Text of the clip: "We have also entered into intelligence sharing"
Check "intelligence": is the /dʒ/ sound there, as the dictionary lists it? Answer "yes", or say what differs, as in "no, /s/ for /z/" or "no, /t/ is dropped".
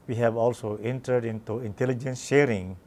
yes